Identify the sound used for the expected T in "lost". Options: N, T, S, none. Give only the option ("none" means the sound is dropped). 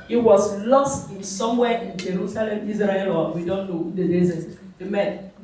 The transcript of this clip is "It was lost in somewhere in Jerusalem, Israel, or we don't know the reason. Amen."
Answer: T